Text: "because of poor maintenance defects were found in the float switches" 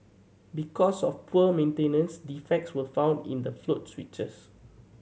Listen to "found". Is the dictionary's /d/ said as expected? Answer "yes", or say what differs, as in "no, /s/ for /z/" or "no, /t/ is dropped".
yes